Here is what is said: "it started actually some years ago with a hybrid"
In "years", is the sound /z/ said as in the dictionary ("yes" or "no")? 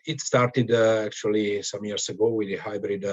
no